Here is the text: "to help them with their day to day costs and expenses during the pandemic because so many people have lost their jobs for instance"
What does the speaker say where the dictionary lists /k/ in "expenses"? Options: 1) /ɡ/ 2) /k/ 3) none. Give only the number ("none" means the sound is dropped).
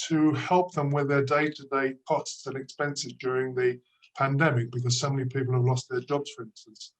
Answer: 2